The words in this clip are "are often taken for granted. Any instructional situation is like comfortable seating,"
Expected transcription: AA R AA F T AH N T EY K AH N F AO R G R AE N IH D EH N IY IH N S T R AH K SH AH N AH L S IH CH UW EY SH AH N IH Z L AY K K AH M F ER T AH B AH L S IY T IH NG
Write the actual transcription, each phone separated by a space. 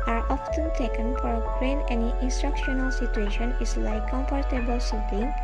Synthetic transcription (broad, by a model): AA R AA F T AH N T EY K AH N F AO R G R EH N EH N IY IH N S T R AH K SH AH N AH L S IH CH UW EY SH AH N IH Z L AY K K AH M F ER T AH B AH L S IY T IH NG